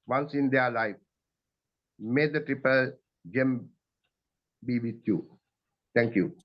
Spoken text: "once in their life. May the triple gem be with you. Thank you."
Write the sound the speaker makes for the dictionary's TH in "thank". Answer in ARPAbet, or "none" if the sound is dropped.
T